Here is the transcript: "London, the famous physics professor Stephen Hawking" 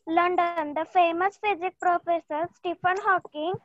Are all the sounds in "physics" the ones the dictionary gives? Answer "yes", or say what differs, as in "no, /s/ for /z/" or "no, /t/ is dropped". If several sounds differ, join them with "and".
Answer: no, /s/ is dropped